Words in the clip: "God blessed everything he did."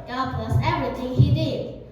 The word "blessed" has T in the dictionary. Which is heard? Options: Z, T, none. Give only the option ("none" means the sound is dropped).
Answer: none